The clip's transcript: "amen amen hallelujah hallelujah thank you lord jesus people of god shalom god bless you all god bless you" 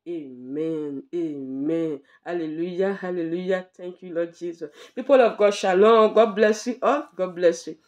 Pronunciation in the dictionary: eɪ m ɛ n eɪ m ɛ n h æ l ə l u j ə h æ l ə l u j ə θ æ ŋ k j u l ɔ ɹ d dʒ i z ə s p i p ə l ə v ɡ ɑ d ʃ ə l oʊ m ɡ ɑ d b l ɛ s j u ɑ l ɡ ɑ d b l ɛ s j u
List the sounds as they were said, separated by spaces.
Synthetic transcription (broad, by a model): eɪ m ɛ n eɪ m ɛ n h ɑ l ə l u j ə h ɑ l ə l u j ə t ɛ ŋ k j u l ɔ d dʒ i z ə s p i p ə l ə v ɡ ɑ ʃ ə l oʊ ɡ ɑ d b l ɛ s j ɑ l ɡ ɑ d b l ɛ s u